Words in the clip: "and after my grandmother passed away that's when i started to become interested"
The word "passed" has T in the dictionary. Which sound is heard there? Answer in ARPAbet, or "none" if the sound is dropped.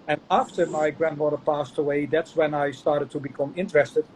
T